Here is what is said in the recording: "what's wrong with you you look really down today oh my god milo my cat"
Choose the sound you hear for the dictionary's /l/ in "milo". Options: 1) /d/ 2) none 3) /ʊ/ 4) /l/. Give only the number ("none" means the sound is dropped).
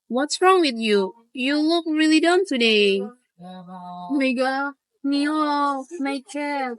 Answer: 2